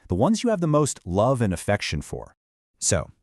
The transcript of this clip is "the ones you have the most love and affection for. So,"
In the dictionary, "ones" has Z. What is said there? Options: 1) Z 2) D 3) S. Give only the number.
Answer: 1